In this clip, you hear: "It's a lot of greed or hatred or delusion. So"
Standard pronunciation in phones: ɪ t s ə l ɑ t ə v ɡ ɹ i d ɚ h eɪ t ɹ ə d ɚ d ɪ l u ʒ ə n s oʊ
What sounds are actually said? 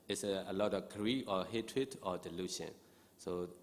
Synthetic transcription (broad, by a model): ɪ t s ə l ɑ t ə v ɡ ɹ i ɔ h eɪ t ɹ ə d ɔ d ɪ l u ʃ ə n s oʊ